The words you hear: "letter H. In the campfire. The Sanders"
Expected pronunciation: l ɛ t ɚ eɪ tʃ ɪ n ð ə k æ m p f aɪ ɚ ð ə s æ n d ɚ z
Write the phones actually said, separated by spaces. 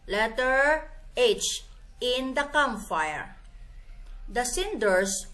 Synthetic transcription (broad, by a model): l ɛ t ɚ eɪ tʃ ɪ n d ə k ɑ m f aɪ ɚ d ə s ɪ n d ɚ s